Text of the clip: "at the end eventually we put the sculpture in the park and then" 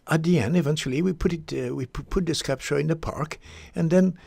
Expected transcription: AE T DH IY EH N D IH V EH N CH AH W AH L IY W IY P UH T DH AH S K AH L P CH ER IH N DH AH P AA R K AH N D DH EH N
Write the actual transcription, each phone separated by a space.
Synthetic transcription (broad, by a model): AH T DH IY EH N D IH V EH N CH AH W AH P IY W IY P UH T DH AH S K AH P SH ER IH N DH AH P AA R K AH N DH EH N